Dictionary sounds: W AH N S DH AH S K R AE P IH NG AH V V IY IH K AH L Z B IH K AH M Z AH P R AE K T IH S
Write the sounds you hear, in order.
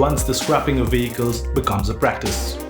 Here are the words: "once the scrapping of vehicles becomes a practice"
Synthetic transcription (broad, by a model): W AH N S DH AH S K R AE P IH NG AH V V IY IH K AH L Z B IH K AH M Z AH P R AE K T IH S